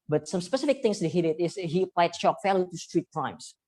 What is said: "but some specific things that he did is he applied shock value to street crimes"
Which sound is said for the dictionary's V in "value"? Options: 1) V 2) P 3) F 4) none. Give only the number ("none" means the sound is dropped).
3